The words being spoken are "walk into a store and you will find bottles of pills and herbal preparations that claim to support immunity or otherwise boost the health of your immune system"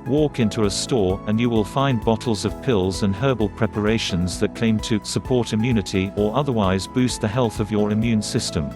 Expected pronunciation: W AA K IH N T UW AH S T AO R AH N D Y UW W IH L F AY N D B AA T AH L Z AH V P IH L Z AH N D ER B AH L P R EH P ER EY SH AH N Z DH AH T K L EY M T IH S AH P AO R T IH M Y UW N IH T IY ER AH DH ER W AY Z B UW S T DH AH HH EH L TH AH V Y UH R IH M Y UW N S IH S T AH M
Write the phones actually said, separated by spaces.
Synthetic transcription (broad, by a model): W AA K IH N T UW AH S T AO R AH N Y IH W IH L F AY N B AA T L Z AH V P IH L Z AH N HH ER B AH L P R EH P ER EY SH AH N Z DH AH T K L EY M T IH S AH P AO R T IH M Y UW N IH T IY ER AH DH ER W AY Z B UW S T DH AH HH EH L TH AH V Y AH R IH M Y UW N S IH S T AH M